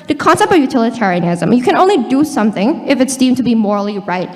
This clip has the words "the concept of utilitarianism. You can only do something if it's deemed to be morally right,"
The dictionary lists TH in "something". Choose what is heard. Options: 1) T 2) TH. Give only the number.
2